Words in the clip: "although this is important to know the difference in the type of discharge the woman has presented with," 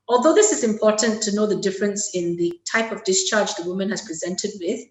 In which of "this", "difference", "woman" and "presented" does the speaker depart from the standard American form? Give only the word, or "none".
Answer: none